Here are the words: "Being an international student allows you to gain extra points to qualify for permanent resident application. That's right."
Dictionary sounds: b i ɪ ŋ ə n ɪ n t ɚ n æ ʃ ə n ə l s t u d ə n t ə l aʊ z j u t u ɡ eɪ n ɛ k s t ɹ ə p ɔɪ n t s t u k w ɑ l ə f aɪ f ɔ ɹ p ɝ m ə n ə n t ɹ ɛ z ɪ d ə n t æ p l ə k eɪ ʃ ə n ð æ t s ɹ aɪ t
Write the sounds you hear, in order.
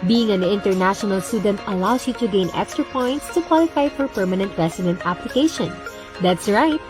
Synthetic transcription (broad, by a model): b i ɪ ŋ ə n ɪ n t ɚ n æ ʃ ə n ə l s t u d ə n t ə l aʊ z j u t u ɡ eɪ n ɛ k s t ɹ ə p ɔɪ n t s t u k w ɑ l ə f aɪ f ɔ ɹ p ɝ m ə n ə n t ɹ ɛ s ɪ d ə n t æ p l ə k eɪ ʃ ə n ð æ t s ɹ aɪ t